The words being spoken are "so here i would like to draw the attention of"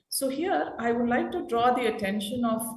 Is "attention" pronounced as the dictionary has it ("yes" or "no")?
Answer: yes